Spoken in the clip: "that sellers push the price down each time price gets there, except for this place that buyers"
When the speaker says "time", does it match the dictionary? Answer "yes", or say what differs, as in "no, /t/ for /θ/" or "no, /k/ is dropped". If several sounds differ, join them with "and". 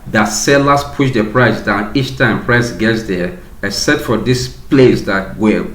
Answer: yes